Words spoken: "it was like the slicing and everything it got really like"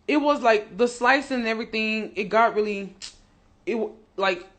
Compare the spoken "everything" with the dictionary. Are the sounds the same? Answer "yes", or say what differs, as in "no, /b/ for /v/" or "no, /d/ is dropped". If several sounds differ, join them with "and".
yes